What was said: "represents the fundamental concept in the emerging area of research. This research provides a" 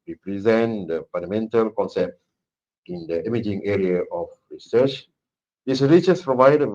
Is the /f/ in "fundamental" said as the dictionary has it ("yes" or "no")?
no